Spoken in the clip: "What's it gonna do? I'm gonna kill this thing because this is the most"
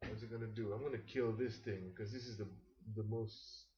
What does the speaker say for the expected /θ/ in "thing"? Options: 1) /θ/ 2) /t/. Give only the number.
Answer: 1